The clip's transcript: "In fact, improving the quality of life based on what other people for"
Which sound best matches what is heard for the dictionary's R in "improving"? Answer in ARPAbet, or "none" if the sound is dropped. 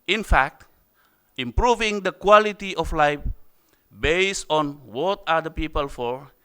R